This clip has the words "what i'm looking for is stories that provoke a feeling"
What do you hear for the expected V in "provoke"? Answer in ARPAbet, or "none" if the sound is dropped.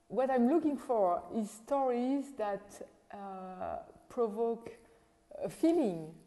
V